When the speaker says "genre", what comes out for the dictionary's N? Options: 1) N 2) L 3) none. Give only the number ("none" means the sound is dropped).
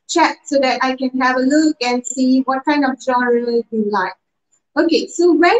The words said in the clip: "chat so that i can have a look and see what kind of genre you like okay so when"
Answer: 3